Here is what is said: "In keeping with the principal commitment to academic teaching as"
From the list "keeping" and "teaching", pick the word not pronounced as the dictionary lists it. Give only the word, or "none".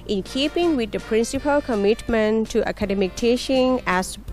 teaching